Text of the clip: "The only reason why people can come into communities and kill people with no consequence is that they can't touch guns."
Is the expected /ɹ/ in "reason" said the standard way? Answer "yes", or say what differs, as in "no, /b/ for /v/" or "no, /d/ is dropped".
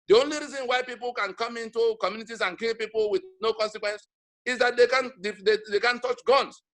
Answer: yes